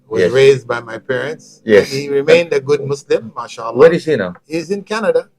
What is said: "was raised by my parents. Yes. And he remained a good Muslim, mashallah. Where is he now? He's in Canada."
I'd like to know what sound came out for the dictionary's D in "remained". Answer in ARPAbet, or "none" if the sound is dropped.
D